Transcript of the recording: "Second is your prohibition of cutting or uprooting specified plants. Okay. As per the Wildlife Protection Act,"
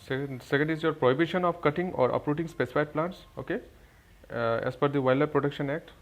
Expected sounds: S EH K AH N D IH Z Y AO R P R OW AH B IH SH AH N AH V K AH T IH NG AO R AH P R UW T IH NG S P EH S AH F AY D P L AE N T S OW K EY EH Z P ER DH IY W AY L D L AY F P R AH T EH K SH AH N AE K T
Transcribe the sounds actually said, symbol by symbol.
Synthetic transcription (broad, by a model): S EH K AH N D IH Z Y AO R P R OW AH B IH SH AH N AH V K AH T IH NG AO R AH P R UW T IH NG S P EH S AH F AY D P L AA N T S OW K EY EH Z F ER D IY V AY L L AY P R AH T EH K SH AH N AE K T